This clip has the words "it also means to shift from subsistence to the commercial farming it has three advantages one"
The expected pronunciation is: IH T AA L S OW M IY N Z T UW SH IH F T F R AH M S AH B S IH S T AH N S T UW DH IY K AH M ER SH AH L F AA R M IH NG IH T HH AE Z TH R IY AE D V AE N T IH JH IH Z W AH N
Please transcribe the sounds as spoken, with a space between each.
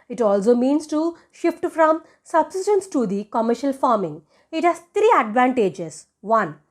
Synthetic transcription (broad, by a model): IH T AA L S OW M IY N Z T UW SH IH F T F R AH M S AH B S IH S T AH N S T UW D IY K AH M ER SH AH L F AA R M IH NG IH T HH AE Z T R IY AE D V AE N T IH JH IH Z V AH N